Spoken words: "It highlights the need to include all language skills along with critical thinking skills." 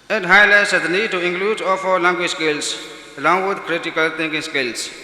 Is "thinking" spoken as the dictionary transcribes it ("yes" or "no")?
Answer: no